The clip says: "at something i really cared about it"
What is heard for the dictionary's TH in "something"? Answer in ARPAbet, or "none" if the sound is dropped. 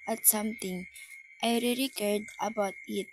T